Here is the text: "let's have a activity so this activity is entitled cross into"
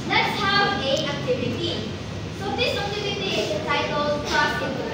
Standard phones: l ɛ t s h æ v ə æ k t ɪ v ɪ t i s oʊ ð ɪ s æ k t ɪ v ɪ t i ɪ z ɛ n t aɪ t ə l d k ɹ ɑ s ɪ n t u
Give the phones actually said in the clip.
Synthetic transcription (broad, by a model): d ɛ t s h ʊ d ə æ k t ɪ v ɪ t i s oʊ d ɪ s æ k t ɪ v ɪ t i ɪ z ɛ t aɪ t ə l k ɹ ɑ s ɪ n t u